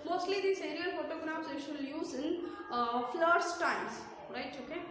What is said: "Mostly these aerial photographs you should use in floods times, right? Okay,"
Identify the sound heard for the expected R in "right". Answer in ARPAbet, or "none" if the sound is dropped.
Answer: R